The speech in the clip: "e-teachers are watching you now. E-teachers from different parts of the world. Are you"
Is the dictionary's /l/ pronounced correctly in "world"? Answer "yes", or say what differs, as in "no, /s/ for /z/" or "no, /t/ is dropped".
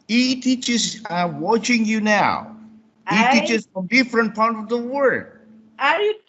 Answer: no, /l/ is dropped